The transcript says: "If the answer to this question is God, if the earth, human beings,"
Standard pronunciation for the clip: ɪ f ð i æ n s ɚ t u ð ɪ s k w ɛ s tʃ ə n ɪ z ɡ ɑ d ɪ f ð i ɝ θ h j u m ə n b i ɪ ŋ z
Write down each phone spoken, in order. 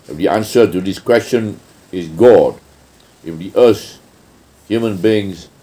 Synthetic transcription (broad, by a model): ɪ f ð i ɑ n s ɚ t u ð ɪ s k w ɛ s tʃ ə n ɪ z ɡ ɑ d ɪ f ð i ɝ s h j u m ə n b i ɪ ŋ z